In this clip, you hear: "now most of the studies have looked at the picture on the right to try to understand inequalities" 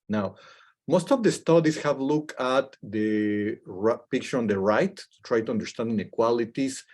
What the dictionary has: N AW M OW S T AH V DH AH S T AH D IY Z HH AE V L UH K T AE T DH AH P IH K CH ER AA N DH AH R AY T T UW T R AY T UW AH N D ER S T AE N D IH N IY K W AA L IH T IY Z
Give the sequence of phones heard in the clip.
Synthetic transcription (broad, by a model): N AW M OW S T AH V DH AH S T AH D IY S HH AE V L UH K AA T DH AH P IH K CH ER AA N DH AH R AY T T UW T R AY T UW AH N D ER S T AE N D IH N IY K W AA L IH T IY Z